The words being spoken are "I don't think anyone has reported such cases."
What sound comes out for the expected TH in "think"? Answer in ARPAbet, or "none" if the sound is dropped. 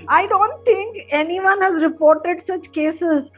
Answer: T